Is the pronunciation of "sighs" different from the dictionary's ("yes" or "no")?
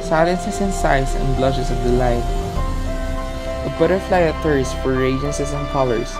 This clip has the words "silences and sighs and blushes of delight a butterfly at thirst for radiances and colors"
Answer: yes